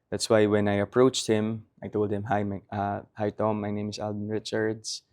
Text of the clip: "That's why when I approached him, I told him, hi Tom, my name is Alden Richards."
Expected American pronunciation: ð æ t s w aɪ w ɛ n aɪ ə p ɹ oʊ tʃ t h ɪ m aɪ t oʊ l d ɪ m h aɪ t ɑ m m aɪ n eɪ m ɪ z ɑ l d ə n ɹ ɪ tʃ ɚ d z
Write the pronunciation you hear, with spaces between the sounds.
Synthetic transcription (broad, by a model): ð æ t s w aɪ w ɛ n aɪ ə p ɹ oʊ tʃ t h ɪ m aɪ t oʊ l d ɪ m h aɪ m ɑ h m aɪ n eɪ m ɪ s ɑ l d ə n ɹ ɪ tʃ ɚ d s